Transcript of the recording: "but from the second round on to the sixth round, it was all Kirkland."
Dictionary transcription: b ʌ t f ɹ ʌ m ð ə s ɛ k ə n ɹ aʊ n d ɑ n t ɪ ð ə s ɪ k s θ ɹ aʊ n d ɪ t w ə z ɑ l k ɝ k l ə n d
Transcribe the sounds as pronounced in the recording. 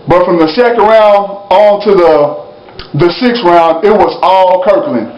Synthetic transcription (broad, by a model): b ʌ t f ɹ ʌ m ð ə s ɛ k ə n ɹ aʊ n d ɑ n t ɪ ð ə s ɪ k s ɹ aʊ n d ɪ t w ə z ɑ l k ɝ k l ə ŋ